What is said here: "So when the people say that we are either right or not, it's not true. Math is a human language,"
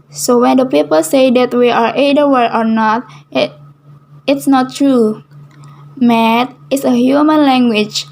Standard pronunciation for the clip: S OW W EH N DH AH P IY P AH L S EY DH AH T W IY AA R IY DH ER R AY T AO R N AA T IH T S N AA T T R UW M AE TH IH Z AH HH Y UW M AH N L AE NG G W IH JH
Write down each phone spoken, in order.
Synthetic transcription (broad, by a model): S OW W EH N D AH P IY P AH L S EY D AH T W IY AA R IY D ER W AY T AO R N AA T IH T S N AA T T R UW M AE T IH S AH HH Y UW M AH N L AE NG G W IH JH